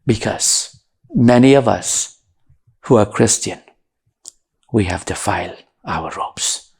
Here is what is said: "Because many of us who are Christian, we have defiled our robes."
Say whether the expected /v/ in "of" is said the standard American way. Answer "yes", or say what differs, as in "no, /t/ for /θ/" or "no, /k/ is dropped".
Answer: yes